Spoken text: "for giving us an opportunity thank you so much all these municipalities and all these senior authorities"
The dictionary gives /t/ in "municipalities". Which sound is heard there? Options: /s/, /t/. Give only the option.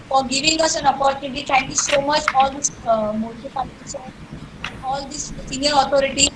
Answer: /s/